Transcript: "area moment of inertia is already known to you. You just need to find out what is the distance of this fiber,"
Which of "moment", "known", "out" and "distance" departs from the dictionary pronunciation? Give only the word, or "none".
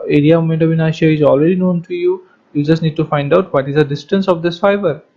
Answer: moment